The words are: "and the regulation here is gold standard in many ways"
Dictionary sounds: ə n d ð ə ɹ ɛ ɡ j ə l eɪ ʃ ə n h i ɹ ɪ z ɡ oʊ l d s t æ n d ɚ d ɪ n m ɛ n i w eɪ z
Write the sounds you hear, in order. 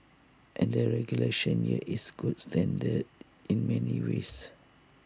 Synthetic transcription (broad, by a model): ə n d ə ɹ ɛ ɡ j ə l eɪ ʃ ə n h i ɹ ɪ s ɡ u d s t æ n d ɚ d ɪ n m ɛ n i w eɪ s